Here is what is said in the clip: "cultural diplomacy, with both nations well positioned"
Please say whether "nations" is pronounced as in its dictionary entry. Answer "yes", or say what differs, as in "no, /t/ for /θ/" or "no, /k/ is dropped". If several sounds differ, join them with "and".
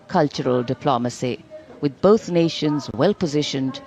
yes